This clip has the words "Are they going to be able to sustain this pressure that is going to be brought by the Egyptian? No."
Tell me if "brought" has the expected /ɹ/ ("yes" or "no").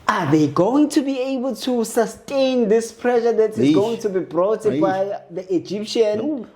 yes